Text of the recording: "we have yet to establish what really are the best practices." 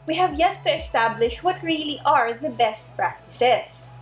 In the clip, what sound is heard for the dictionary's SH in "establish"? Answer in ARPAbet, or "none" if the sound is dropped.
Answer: SH